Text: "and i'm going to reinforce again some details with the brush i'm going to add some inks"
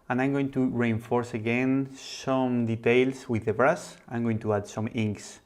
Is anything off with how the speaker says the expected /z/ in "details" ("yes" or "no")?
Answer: yes